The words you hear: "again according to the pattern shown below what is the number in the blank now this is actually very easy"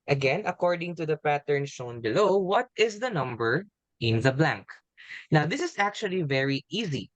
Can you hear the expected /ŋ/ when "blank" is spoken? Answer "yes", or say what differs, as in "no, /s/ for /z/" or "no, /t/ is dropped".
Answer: yes